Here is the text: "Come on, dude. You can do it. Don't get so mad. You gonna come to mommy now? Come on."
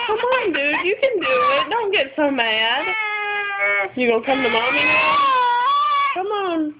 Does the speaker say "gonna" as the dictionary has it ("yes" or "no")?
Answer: no